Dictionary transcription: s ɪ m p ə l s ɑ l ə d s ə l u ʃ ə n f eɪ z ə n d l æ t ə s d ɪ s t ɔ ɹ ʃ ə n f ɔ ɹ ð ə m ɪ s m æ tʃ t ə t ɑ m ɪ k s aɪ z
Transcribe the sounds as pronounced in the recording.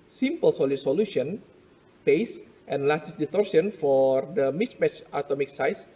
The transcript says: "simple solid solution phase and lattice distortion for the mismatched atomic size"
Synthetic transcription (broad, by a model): s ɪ m p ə l s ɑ l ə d s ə l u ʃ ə n p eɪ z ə n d l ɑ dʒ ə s d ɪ s t ɔ ɹ s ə n f ɔ ɹ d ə m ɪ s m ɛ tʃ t ə t ɑ m ɪ k s aɪ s